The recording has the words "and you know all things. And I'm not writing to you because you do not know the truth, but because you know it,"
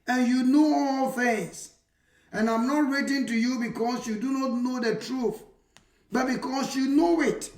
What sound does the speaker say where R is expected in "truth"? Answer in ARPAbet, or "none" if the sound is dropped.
R